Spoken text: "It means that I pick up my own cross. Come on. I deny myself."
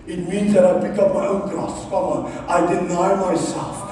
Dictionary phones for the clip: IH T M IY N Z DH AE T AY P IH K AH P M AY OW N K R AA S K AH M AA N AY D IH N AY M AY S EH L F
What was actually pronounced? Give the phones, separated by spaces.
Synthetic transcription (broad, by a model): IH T M IY N Z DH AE T AY B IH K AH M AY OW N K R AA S K AH M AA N AY D IH N AY M AY S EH L F